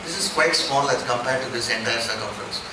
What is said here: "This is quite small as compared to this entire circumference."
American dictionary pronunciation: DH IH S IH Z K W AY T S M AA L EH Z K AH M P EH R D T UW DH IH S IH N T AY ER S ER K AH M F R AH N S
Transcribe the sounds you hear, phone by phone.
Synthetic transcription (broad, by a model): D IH S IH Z K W AY T S M AA L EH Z K AH M P EH R D T UW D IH S IH N T AY ER S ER K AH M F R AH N S